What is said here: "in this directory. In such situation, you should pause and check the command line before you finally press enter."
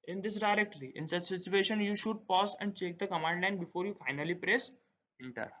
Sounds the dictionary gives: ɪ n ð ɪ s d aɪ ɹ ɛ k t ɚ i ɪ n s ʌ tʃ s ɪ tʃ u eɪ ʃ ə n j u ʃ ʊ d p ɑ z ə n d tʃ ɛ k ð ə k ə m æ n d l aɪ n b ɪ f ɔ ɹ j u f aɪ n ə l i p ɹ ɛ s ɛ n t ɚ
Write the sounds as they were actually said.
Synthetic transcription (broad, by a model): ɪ n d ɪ s d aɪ ɹ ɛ k t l i ɪ n s ʌ tʃ s ɪ tʃ u eɪ ʃ ə n j u ʃ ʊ d p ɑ s ə n d tʃ ɛ k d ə k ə m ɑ n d l aɪ n b ɪ f ɔ ɹ j u f aɪ n ə l i p ɹ ɛ s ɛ n t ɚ